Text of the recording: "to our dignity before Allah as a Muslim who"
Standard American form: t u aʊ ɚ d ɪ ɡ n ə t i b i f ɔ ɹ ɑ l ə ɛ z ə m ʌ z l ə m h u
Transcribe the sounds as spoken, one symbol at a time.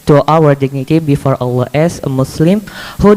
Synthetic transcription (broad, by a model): t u aʊ ɚ d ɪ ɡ n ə t i b i f ɔ ɹ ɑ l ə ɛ s ə m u s l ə m h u